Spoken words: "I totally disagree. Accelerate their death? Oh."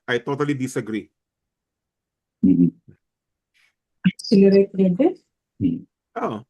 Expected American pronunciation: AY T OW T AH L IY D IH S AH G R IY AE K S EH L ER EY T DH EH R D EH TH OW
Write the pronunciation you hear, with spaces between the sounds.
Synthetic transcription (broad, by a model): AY T OW T AH L IY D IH S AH G R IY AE S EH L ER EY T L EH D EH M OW